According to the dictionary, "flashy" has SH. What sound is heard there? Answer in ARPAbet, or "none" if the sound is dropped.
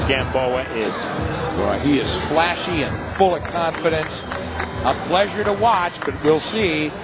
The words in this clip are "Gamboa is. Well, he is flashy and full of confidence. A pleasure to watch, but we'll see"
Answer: SH